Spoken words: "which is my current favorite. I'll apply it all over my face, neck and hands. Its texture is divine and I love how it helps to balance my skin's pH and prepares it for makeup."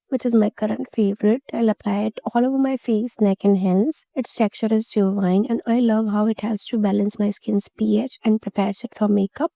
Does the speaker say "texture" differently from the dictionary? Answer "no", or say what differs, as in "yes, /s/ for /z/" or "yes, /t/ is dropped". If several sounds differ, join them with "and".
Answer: yes, /s/ is dropped